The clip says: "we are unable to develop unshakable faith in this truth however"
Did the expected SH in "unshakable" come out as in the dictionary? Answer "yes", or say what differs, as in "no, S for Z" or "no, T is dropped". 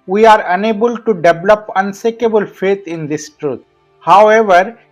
no, S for SH